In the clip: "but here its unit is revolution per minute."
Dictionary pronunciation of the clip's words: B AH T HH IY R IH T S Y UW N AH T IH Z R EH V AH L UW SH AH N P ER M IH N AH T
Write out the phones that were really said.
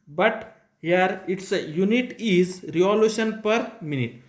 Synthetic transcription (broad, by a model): B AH T HH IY R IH T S Y UW N AH T IH Z R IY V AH L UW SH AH N P ER M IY N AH T